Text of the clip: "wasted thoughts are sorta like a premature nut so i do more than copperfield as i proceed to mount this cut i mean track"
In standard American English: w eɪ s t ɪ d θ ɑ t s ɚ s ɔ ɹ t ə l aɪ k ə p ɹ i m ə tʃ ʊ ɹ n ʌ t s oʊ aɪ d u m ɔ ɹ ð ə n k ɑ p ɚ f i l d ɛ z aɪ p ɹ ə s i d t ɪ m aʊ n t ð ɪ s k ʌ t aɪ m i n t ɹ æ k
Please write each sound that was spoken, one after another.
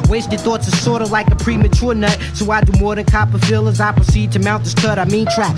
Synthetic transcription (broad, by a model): w eɪ s t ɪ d θ ɑ t s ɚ s ɔ ɹ t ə l aɪ k ə p ɹ i m ə tʃ ʊ ɹ n ʌ t s oʊ aɪ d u m ɔ ɹ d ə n k ɑ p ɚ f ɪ l ʌ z aɪ p ɹ ə s i d t ɪ m aʊ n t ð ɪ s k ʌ t aɪ m i n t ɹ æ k